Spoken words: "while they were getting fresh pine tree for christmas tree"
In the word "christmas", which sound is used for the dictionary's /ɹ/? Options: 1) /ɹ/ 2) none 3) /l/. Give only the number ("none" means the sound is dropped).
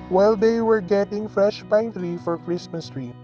1